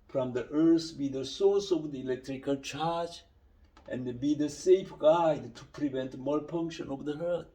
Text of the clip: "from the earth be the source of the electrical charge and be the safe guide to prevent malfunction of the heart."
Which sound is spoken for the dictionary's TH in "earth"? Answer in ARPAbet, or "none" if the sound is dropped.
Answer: S